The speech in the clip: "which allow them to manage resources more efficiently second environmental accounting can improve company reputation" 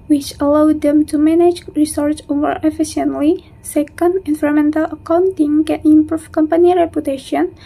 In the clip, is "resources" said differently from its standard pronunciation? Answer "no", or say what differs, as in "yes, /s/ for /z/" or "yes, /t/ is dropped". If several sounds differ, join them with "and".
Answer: yes, /z/ is dropped